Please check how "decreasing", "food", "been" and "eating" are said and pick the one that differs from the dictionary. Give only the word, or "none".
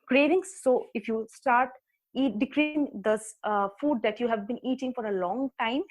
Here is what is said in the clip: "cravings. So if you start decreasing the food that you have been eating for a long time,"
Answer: decreasing